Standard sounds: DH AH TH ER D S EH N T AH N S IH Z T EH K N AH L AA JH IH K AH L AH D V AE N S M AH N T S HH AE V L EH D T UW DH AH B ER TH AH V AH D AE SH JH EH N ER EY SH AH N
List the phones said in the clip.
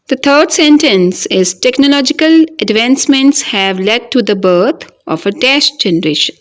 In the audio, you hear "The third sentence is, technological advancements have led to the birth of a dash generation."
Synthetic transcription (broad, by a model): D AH T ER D S EH N T AH N S IH Z T EH K N AH L AA JH IH K AH L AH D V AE N S M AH N T S HH AE V L EH D T UW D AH B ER T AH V AH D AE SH JH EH N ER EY SH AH N